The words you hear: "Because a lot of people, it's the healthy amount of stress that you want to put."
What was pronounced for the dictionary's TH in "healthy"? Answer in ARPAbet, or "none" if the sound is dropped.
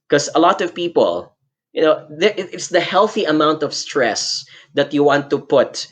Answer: TH